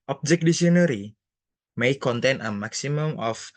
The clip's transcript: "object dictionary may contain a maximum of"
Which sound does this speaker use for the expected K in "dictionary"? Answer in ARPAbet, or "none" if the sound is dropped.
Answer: none